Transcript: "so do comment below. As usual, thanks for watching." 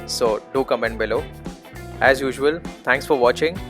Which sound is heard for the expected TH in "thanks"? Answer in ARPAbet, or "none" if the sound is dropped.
T